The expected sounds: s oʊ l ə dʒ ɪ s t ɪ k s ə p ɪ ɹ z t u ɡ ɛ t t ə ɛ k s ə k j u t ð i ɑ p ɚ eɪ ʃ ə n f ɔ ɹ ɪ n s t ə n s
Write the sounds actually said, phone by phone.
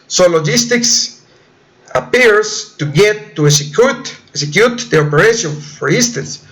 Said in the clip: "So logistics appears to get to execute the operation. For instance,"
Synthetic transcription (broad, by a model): s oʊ l ə dʒ ɪ s t ɪ k s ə p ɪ ɹ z t u ɡ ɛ t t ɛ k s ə k j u t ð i ɑ p ɚ eɪ ʃ ə n f ɔ ɹ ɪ n s t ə n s